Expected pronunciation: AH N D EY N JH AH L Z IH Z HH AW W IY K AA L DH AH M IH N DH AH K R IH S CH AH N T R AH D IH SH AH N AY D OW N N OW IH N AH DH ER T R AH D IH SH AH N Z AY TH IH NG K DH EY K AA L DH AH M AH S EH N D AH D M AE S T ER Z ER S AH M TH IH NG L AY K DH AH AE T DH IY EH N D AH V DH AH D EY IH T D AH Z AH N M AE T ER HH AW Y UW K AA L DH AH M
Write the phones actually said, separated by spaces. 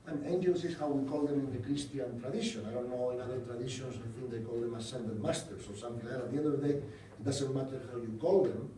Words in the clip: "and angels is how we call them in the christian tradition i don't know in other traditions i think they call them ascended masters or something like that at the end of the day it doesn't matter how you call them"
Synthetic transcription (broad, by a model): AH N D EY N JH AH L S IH S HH AW W IY K AA L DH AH M IH N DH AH K R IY S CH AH N T R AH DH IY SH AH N AY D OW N N OW IH N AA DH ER T R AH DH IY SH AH N S AY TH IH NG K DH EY K AA L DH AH M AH S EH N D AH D M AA S T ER S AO S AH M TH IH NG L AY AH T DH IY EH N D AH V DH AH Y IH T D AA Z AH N M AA T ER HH AW Y UW K AA L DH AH M